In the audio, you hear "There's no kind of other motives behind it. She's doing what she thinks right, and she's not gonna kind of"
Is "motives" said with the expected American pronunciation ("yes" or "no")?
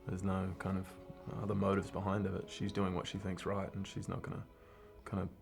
yes